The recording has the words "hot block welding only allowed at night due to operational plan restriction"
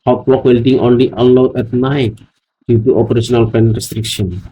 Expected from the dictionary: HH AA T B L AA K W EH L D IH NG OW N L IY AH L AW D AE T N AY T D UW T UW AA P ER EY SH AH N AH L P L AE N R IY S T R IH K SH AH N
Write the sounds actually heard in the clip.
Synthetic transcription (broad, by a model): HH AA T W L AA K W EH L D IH NG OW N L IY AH L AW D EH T N AY T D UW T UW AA P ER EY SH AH N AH L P EH N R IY S T R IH K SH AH N